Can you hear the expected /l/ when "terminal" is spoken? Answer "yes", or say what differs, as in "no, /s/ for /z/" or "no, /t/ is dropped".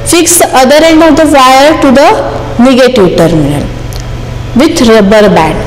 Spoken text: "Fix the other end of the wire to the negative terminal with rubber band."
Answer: yes